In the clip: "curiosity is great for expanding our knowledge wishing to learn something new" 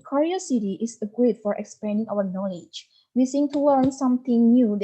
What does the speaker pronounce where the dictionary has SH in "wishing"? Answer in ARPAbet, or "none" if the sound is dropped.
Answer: S